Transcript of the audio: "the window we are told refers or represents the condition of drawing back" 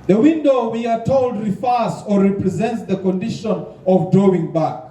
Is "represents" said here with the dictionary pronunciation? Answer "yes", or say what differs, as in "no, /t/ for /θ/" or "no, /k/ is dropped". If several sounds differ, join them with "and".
yes